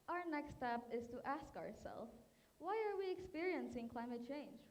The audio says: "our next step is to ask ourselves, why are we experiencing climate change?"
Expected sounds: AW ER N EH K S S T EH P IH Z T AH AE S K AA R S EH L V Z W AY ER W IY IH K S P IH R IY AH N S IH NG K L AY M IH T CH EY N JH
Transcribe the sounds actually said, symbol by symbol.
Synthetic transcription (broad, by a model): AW ER N EH K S S T EH P IH Z T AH AE S K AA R S EH L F W AY ER W IY IH K S P IH R IY AH N S IH NG K L AY M IH T CH EY N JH